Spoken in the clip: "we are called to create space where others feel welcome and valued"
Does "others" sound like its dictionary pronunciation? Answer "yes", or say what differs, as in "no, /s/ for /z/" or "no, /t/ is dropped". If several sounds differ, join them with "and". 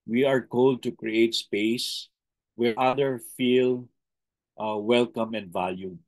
no, /z/ is dropped